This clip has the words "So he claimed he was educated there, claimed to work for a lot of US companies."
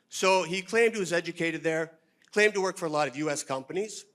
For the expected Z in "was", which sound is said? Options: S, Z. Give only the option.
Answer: Z